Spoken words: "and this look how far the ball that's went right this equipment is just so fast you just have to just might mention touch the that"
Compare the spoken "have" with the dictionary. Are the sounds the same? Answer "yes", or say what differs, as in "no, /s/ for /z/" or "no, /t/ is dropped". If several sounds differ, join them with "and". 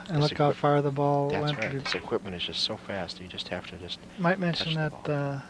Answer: no, /f/ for /v/